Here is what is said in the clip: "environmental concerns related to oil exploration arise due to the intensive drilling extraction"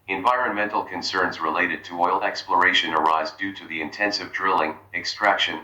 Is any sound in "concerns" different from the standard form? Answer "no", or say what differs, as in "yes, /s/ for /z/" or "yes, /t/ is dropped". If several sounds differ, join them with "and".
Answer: no